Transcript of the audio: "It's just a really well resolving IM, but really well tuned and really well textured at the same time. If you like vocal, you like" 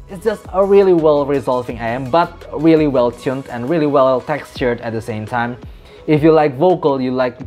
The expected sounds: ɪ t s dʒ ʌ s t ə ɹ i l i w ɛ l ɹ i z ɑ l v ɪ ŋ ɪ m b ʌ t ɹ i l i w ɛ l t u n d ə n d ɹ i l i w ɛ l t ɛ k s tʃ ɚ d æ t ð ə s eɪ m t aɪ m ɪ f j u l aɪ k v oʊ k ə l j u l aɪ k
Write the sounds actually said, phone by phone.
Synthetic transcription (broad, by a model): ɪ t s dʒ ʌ s t ə ɹ i l i w ɛ l ɹ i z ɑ l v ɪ ŋ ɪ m b ʌ t ɹ i l i w ɛ l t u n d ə n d ɹ i l i w ɛ l t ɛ k s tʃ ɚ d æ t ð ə s eɪ m t aɪ m ɪ f j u l aɪ k v oʊ k ə l j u l aɪ k